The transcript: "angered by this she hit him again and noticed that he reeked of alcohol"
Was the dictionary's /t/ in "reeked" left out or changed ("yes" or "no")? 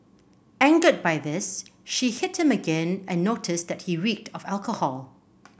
no